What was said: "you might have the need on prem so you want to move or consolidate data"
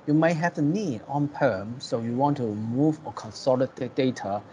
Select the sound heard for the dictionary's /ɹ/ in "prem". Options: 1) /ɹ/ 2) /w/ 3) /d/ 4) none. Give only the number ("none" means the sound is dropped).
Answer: 4